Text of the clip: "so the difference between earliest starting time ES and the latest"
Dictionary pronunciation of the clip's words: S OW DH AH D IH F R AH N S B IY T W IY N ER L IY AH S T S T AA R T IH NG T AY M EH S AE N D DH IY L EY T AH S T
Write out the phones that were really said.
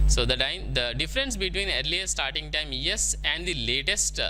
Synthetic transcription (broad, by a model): S OW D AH D IH F R AH N S B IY T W IY N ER L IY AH T S T AA R T IH NG T AY M EH S AE N D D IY L EY T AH S T